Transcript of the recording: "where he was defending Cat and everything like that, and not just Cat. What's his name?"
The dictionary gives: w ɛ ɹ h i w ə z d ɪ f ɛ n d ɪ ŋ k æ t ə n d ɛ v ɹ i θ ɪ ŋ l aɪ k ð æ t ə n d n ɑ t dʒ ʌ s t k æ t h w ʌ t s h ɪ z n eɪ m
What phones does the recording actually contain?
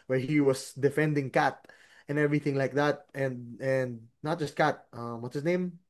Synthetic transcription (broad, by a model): w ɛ ɹ h i w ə s d ɪ f ɛ n d ɪ ŋ k æ t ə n ɛ v ɹ i θ ɪ ŋ l aɪ k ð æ t ə n d n ɑ t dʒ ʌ s t k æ t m w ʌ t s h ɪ s n eɪ m